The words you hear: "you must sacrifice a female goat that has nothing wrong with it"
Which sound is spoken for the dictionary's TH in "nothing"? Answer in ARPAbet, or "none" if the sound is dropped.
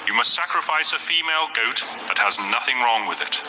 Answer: TH